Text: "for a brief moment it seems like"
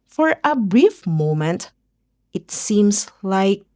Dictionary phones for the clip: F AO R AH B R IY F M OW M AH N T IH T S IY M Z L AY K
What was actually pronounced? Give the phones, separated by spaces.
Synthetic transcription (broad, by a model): F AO R AH B R IY F M OW M AH N T IH T S IY M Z L AY K